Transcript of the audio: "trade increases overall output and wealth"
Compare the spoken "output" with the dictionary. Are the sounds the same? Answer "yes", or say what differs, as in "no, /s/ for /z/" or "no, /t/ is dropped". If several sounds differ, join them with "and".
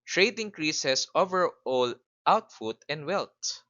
no, /f/ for /p/